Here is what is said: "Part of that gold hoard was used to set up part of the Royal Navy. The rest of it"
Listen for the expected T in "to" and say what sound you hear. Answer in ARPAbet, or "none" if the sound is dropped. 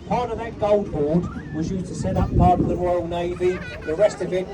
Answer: T